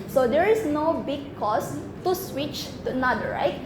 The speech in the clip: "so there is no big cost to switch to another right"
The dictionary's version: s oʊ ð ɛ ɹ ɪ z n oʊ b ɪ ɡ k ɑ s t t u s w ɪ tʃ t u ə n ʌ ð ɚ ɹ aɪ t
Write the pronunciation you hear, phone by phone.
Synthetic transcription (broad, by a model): s oʊ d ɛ ɹ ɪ s n oʊ b ɪ ɡ k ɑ s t t u s w ɪ tʃ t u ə n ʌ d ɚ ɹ aɪ t